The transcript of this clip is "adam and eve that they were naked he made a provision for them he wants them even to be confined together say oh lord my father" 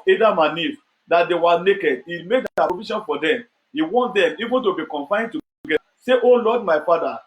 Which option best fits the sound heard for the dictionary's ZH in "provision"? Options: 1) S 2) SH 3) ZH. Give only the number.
2